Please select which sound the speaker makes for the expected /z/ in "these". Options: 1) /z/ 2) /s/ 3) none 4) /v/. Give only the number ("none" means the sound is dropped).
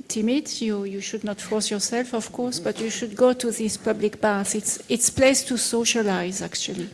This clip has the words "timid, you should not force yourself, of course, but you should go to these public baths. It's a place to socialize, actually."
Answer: 2